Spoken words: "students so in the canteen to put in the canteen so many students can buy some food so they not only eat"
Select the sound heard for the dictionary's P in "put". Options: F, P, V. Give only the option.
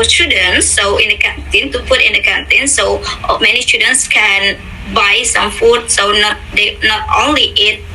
F